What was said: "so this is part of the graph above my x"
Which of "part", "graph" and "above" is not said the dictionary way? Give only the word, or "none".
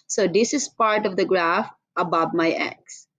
none